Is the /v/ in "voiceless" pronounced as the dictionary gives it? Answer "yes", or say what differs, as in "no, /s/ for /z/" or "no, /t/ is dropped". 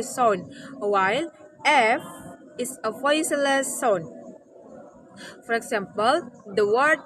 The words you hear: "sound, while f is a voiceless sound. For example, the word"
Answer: no, /f/ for /v/